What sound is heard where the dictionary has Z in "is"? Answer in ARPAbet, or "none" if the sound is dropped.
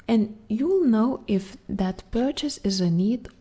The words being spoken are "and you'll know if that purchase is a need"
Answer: Z